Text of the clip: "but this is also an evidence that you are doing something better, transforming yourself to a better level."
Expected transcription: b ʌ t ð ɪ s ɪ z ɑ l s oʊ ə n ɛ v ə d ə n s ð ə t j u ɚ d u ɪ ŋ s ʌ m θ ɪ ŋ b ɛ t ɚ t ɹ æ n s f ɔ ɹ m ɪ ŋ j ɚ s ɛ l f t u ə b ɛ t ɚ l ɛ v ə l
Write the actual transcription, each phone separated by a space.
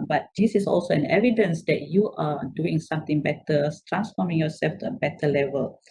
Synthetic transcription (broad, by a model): b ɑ t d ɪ s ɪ s ɑ l s oʊ ə n ɛ v ə d ə n s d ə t j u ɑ d u ɪ ŋ s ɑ m t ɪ ŋ b ɛ t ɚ t ɹ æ n s f ɔ m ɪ ŋ j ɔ s ɛ l f t u ə b ɛ t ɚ l ɛ v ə l